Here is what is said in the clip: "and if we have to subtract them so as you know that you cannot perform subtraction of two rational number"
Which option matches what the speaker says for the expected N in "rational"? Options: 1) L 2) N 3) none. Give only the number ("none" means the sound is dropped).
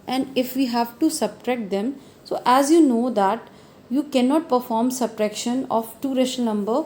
3